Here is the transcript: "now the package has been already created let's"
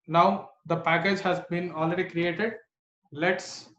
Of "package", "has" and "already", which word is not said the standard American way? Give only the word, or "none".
none